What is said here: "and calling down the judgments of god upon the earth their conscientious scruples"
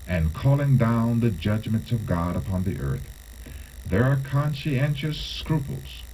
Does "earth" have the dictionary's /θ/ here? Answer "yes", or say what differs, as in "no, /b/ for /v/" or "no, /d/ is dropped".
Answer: yes